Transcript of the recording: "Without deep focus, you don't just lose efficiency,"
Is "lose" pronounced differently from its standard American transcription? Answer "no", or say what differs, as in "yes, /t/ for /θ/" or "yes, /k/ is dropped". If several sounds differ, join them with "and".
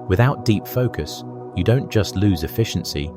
no